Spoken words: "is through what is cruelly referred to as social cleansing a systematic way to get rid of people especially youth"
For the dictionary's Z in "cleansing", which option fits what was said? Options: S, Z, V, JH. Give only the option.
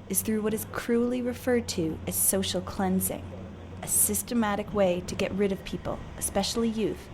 Z